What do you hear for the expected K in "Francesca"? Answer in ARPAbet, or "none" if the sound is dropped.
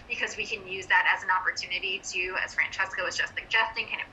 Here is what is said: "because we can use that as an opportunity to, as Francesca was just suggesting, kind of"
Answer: K